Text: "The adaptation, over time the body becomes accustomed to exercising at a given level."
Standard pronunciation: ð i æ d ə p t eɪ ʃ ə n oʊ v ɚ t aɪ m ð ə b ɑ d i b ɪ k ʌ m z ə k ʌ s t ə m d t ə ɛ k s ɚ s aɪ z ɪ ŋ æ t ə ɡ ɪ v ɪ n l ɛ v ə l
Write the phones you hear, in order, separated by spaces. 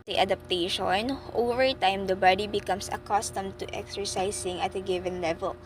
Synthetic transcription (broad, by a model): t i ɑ d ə p t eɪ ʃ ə n oʊ v ɚ t aɪ m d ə b ɑ d i b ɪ k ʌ m s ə k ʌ s t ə m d t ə ɛ k s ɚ s aɪ s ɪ ŋ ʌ t ə ɡ ɪ v ɪ n l ɛ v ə l